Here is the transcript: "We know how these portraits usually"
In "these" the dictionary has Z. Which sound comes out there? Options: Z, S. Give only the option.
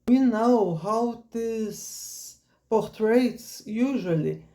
S